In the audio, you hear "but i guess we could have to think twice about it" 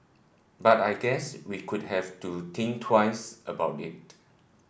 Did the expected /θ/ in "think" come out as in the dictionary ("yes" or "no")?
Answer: no